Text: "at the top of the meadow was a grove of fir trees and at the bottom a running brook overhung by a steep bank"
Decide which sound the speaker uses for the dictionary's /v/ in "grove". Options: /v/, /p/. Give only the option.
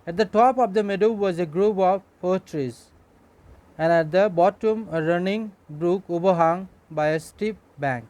/p/